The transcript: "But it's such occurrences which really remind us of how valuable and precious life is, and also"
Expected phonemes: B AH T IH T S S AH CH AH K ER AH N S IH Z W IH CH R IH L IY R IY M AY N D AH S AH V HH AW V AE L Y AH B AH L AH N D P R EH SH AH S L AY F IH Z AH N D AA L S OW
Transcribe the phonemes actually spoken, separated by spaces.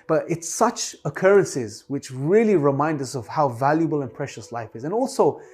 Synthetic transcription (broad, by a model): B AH T IH T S S AH CH AH K ER AH N S IH Z W IH CH R IH L IY R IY M AY N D AH S AH V HH AW V AE L Y AH B AH L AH N P R EH SH AH S L AY F IH Z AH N AA L S OW